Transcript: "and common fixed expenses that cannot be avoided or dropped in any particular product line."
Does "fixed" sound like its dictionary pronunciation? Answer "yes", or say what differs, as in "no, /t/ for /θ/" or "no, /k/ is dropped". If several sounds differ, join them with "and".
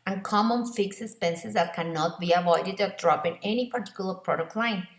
no, /t/ is dropped